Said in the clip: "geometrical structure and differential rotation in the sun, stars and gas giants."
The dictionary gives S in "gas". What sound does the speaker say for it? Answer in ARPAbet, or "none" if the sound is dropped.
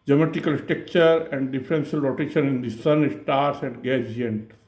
none